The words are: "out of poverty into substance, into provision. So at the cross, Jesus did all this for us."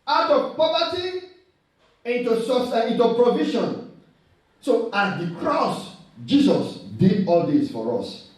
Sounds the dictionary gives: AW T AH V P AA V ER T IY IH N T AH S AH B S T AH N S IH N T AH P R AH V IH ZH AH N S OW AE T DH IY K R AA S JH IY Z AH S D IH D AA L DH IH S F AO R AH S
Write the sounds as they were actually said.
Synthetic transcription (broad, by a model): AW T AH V P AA V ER T IY IH N T AH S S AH S IH N T AH P R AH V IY SH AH N S OW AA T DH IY K R AA S JH IY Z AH S D IH D AA L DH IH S F AO R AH S